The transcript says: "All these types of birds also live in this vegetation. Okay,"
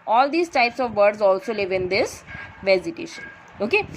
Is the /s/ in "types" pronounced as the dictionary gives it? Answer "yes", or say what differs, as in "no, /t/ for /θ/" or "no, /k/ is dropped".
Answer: yes